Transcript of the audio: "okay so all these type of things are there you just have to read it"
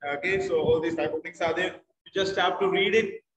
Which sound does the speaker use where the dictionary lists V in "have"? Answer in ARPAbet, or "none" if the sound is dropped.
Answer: P